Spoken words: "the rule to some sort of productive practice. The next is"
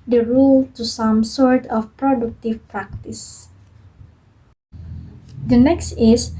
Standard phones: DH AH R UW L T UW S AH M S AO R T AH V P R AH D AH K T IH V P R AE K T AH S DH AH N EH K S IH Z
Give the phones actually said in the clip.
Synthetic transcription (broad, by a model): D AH R UW L T UW S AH M S AO R T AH F P R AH D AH K T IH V P R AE K T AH S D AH N EH K S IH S